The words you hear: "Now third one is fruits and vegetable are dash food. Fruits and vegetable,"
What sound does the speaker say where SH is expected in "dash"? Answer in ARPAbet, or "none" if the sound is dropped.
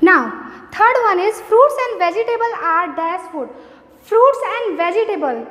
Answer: S